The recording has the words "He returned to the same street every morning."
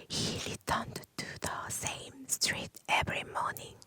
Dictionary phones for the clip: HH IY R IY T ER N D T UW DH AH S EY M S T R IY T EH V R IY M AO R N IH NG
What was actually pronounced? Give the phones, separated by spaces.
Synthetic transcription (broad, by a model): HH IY L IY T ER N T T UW DH AH S EY M S T R IY T EH V R IY M AO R N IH NG